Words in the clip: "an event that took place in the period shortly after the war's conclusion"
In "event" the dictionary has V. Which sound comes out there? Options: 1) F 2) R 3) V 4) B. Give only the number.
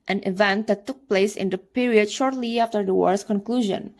3